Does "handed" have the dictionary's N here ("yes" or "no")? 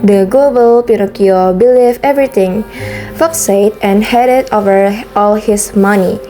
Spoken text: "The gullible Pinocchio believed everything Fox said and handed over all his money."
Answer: no